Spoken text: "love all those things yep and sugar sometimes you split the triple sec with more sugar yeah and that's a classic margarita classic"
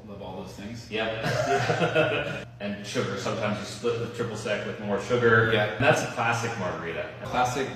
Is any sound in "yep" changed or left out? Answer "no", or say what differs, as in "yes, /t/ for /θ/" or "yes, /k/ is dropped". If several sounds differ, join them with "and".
yes, /p/ is dropped